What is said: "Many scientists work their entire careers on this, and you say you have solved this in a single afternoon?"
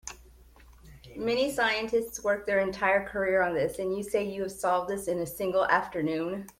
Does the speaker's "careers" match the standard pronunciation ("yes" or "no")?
no